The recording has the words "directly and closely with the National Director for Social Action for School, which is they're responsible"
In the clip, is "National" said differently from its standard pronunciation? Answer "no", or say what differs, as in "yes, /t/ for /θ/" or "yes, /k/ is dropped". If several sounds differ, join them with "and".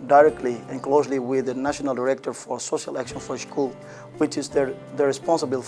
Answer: no